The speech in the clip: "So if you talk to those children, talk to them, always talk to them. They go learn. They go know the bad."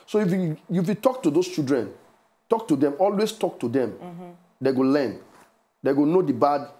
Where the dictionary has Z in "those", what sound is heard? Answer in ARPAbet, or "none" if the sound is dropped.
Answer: S